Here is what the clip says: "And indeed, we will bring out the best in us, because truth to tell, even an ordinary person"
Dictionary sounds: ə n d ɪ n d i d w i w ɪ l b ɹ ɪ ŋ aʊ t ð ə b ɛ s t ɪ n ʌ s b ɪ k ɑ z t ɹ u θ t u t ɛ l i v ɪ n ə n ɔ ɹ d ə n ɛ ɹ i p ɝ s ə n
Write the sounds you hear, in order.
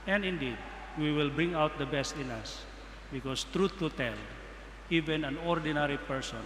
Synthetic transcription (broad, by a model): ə n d ɪ n d i d w i w ɪ l b ɹ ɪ ŋ aʊ t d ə b ɛ s t ɪ n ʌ s b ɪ k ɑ s t ɹ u t u t ɛ l i v ɪ n ə n ɔ ɹ d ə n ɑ ɹ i p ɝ s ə n